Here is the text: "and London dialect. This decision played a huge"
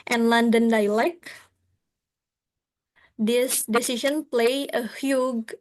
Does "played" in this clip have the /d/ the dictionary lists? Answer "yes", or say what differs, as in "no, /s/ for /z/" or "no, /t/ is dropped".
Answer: no, /d/ is dropped